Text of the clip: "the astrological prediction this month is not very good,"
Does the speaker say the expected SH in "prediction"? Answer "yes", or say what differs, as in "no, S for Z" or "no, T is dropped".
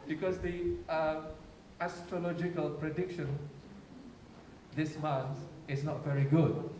yes